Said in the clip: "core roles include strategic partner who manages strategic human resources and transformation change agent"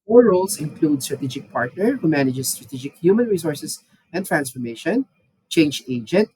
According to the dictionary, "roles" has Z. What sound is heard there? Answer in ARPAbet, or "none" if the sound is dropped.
S